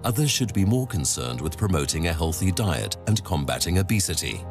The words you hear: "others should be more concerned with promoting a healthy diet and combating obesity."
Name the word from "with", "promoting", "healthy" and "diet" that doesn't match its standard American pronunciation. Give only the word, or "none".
none